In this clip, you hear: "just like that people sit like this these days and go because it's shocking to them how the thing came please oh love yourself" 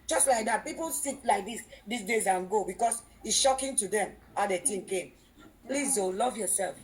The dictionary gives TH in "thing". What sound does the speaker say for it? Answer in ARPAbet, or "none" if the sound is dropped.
T